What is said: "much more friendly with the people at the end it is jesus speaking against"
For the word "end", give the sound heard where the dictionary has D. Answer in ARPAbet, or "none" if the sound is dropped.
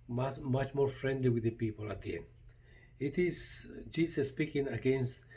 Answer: none